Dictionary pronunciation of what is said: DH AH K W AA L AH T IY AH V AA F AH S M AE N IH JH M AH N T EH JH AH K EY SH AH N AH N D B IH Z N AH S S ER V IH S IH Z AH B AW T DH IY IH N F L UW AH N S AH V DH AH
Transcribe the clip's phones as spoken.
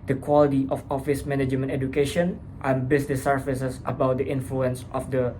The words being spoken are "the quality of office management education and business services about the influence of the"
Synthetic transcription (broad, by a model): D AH K W AA L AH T IY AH F AA F AH S M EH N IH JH M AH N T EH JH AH K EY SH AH N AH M B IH S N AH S S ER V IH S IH S AH B AW T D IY IH N F L UW AH N S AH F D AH